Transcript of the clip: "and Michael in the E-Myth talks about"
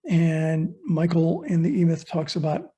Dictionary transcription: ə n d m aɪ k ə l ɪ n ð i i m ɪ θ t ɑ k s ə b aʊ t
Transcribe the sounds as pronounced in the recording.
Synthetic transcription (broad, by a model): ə n m aɪ k l ɪ n ð i i m ɪ θ t ɑ k s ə b aʊ t